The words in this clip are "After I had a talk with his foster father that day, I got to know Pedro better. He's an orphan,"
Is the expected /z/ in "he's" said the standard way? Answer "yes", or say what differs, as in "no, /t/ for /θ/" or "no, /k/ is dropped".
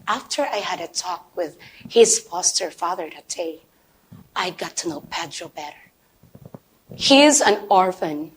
yes